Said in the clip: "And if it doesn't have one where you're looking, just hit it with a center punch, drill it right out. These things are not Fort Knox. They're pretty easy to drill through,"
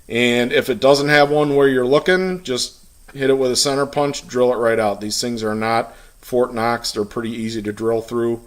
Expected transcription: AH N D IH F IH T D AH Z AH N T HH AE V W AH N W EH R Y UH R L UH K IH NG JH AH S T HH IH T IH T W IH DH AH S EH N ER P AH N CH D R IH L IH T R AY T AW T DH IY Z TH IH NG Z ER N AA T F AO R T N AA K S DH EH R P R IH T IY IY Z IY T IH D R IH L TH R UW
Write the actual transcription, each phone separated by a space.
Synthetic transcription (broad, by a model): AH N IH F IH T D AH Z AH N T HH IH V W AH N W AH R Y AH R L UH K IH NG JH AH S T HH IH T IH T W IH DH AH S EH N ER P AH N CH D R IH L IH T R AY T AW T DH IY Z TH IH NG Z ER N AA T F AO R T N AA K S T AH R P R IH T IY IY Z IY T IH D R IH L TH R UW